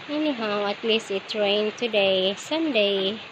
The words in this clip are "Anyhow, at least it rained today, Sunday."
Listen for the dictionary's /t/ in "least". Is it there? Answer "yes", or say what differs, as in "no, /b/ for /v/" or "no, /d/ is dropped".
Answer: no, /t/ is dropped